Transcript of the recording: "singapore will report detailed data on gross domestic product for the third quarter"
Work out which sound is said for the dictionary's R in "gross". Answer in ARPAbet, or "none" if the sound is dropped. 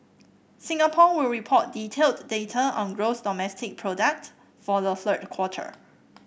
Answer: R